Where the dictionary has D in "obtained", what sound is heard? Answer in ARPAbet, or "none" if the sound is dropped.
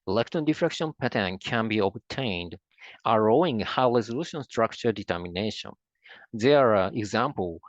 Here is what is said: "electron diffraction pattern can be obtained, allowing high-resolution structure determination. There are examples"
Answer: D